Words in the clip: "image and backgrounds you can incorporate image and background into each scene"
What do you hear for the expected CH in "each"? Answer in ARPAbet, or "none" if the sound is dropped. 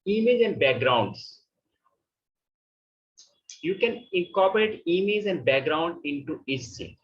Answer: S